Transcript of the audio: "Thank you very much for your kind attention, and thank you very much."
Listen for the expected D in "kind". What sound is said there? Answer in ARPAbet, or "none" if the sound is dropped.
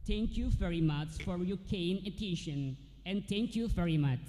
none